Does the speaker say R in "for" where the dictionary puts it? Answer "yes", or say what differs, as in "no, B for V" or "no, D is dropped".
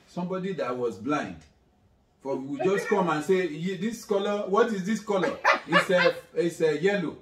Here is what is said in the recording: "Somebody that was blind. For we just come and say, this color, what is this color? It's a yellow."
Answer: no, W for R